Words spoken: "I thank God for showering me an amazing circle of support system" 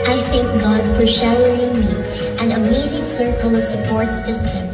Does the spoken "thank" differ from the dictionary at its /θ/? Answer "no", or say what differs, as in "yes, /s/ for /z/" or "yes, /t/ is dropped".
no